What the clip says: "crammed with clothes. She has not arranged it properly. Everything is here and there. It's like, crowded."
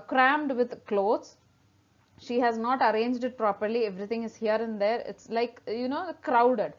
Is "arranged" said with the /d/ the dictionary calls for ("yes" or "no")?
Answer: yes